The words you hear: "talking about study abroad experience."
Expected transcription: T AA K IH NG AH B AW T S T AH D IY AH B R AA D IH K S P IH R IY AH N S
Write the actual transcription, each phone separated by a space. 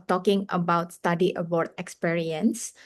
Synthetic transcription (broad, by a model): T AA K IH NG AH B AW T S T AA D IY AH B AA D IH K S P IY R IY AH N S